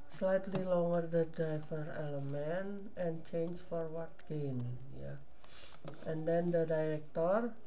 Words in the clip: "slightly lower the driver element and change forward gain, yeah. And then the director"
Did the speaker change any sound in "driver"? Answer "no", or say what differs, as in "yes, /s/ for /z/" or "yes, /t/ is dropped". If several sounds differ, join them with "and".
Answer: yes, /ɹ/ is dropped